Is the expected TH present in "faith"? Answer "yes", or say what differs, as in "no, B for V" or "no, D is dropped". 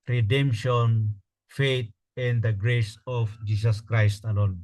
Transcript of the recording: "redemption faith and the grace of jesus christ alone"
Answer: no, T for TH